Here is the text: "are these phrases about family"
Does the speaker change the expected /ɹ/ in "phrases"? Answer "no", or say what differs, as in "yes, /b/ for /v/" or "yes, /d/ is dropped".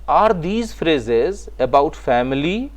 no